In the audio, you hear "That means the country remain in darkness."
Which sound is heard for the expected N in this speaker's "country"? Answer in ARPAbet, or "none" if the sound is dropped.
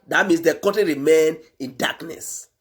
none